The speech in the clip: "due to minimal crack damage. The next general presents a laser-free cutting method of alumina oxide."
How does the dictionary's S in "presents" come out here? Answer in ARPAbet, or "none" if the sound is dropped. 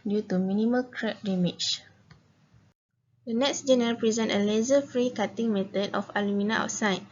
none